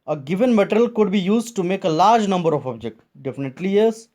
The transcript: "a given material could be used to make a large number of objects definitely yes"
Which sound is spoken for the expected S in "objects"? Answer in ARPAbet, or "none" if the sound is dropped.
none